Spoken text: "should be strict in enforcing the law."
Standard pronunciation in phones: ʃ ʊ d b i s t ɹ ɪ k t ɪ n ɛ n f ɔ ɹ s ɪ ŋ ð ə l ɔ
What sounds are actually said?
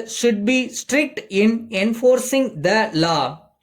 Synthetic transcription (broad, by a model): ʃ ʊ d b i s t ɹ ɪ k t ɪ n ɛ n f ɔ ɹ s ɪ ŋ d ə l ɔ